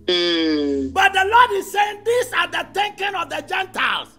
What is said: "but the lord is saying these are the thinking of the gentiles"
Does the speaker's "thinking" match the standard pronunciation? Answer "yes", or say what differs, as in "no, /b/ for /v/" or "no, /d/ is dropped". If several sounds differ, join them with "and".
no, /t/ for /θ/